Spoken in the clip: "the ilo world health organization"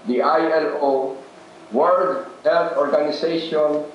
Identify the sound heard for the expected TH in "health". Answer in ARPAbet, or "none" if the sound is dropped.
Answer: F